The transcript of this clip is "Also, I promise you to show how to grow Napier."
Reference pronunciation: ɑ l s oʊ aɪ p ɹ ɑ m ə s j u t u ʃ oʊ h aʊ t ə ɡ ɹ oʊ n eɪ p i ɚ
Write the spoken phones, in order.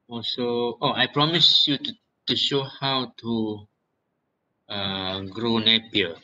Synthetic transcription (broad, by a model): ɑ l s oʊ aɪ p ɹ ɑ m ə s j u t u ʃ oʊ h aʊ t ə ɡ ɹ oʊ n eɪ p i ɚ